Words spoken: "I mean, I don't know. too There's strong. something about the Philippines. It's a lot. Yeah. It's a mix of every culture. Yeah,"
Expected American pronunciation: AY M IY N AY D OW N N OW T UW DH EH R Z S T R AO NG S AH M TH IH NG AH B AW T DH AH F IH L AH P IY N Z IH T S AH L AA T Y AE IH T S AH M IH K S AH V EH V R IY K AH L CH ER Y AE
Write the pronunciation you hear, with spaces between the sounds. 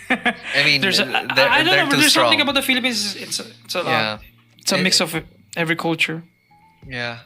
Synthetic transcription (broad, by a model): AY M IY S AY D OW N N OW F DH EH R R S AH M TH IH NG AH B AW T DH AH F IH L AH P IY N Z IH T S AH T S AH IH T S AH M IH K S AH V EH V R IY K AH L CH ER Y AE